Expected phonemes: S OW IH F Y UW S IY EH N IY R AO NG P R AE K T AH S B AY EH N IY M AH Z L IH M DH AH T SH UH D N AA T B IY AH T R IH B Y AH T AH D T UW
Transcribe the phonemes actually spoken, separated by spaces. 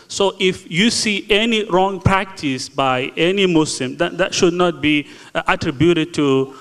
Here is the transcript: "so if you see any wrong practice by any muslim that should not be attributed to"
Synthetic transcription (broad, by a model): S OW IH F Y UW S IY EH N IY R AO NG P R AE K T AH S B AY EH N IY M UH S L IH M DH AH T SH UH D N AA T B IY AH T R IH B Y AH T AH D T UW